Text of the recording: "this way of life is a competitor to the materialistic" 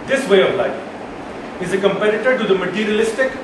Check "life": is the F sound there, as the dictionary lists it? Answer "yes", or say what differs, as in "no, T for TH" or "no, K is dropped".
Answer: no, F is dropped